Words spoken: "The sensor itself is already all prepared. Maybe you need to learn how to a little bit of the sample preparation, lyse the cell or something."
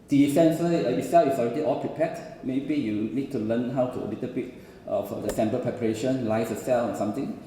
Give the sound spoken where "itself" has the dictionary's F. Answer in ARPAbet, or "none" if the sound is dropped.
none